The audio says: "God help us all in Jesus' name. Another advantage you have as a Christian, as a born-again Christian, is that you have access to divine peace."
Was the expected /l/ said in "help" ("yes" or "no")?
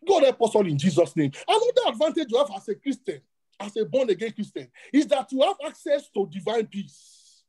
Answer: no